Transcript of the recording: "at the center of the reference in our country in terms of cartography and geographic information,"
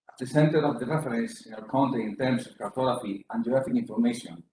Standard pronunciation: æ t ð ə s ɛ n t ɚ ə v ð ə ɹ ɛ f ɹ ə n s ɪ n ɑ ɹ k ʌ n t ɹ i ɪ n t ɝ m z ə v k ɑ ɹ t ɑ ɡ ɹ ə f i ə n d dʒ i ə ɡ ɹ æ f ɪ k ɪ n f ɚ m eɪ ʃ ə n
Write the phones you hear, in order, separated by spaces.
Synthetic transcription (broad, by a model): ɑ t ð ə s ɛ n t ɚ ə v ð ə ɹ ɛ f ɹ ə n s ɪ n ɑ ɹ k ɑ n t i ɪ n t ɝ m s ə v k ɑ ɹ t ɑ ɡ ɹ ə f i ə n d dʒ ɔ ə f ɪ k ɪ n f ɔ m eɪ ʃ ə n